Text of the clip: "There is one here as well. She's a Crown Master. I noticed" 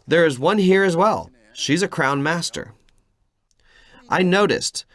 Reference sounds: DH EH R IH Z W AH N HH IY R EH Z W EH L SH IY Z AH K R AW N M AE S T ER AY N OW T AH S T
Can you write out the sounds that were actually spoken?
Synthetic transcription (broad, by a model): DH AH R IH Z W AH N HH IY R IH Z W EH L SH IY Z AH K R AW N M AE S T ER AY N OW T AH S T